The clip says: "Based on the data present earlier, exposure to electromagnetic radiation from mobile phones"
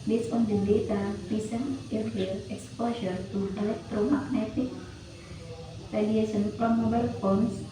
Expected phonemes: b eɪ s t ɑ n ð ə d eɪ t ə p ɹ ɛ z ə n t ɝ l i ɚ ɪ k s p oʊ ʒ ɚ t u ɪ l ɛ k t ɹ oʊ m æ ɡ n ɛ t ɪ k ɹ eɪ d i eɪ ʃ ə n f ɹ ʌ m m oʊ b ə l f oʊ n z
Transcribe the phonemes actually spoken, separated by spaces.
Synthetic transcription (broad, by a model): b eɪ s ɑ n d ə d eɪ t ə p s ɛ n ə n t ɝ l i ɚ k s p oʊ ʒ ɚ t u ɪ l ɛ k t ɹ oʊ m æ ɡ n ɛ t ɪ k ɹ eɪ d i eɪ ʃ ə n p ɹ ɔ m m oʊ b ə l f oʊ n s